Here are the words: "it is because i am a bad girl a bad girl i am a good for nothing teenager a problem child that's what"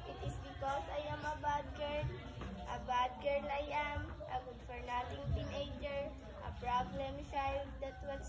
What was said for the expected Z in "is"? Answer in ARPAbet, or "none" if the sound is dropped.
S